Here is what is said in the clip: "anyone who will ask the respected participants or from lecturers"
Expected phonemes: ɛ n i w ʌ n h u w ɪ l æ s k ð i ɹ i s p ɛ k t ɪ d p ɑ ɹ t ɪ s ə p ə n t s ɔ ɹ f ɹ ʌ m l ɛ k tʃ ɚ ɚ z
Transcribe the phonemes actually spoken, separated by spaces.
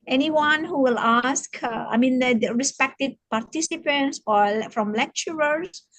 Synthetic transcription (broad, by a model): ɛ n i w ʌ n h u w ɪ l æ s k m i ɹ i s p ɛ k t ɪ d p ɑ ɹ t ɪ s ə p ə n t s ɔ l f ɹ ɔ m l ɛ k tʃ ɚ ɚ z